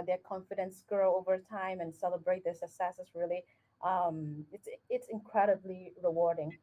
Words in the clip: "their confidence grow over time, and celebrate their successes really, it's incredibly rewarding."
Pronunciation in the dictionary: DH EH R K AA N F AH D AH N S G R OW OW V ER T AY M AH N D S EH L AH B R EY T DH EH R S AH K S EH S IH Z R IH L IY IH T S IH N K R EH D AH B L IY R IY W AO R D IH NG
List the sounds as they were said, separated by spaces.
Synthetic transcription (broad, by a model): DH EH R K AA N F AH D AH N S G R OW OW V ER T AY M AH N S EH L AH B R EY T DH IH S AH S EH S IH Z R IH L IY IH T S IH N K R EH D AH B L IY R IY W AO R D IH NG